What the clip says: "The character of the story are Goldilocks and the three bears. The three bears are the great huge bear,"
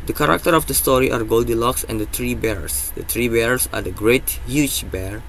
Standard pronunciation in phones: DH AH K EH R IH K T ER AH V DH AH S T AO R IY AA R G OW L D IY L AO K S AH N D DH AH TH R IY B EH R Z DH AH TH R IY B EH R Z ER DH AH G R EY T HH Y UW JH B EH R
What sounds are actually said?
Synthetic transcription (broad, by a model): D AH K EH R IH K T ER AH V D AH S T AO R IY AA R G OW L D IY L AO K S AH N D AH T R IY B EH R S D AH T R IY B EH R S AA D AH G R EY T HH Y UW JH B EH R